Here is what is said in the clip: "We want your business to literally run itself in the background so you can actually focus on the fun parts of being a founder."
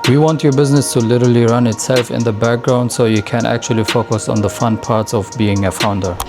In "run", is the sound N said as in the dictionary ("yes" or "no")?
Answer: yes